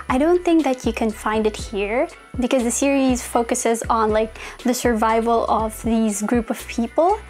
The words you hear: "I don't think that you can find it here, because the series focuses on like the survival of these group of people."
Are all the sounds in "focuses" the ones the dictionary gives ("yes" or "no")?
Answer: yes